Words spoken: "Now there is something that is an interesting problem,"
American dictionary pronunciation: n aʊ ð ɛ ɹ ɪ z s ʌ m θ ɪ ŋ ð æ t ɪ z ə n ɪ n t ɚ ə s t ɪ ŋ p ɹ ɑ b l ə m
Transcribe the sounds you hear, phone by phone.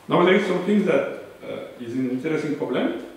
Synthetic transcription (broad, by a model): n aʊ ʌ l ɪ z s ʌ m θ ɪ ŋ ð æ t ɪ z ə n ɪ n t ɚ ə s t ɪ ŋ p ɹ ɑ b l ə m